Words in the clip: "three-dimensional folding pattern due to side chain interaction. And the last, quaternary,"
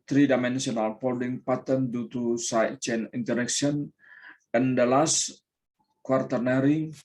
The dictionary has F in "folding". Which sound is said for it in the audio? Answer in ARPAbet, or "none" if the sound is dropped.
P